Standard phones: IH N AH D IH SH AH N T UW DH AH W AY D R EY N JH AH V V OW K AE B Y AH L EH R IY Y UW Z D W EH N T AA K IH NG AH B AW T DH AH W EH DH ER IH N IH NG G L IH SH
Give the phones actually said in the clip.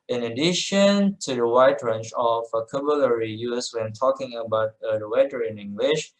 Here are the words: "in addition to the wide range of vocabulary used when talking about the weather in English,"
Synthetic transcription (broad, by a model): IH N AH D IH SH AH N T UW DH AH W AY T R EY N CH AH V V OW K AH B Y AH L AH R IY Y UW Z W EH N T AA K IH NG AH B AW T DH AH W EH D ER IH N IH NG G L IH SH